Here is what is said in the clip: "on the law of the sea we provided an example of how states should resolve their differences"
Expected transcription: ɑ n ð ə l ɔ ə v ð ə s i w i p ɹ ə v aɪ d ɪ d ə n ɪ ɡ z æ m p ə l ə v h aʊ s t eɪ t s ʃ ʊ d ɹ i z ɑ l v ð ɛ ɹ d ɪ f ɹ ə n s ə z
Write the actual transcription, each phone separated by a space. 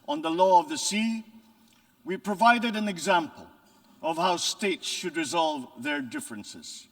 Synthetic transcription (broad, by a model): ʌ n ð ə l ɔ ə v ð ə s i w i p ɹ ə v aɪ d ɪ d ə n ɪ ɡ z æ m p ə l ə v h aʊ s t eɪ t s ʃ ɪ d ɹ i z ɑ l v ð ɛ ɹ d ɪ f ɹ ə n s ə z